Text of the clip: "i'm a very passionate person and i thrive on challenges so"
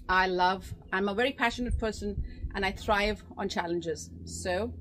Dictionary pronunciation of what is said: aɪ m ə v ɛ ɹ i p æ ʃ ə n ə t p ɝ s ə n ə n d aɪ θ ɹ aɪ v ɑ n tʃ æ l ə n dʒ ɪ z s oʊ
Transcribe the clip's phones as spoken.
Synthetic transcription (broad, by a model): aɪ m ə v ɛ ɹ i p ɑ ʃ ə n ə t p ɝ s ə n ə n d aɪ θ ɹ aɪ v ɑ n tʃ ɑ l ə n dʒ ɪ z s oʊ